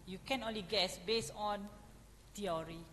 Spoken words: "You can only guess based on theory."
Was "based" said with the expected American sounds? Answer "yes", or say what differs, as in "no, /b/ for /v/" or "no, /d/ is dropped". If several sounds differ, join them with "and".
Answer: no, /t/ is dropped